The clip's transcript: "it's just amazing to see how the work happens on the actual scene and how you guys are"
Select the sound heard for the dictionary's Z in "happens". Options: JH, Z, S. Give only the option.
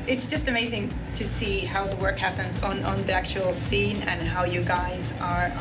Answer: Z